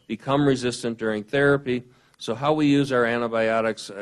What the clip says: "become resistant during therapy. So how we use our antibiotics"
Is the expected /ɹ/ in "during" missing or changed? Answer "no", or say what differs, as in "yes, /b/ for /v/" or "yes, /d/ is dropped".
no